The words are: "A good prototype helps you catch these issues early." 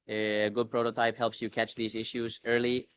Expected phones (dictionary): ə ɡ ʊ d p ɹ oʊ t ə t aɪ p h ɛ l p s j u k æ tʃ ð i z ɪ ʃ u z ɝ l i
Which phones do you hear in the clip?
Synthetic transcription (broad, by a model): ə ɡ ʊ d p ɹ oʊ t ə t aɪ p h ɛ l p s j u k æ tʃ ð i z ɪ ʃ u z ɝ l i